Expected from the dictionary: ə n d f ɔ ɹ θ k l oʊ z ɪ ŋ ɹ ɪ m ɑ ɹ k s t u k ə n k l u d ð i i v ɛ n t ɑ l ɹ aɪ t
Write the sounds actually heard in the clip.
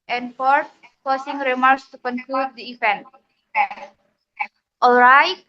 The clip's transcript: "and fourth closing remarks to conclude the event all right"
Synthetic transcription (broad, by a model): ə n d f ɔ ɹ t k oʊ s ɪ ŋ ɹ ɪ m ɑ ɹ k s t u k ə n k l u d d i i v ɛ n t ɑ l ɹ aɪ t